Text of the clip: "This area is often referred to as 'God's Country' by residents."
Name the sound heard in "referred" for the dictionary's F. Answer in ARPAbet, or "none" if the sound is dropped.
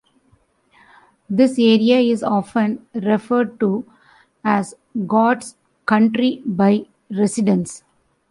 F